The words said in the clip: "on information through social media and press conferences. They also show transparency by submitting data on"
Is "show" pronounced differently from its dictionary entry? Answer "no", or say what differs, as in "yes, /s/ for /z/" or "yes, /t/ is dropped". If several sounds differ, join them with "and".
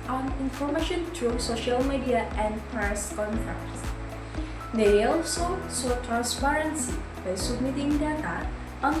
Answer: yes, /s/ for /ʃ/